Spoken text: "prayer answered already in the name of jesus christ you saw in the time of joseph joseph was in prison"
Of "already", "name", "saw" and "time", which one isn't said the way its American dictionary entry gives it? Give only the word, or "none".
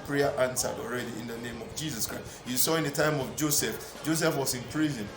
none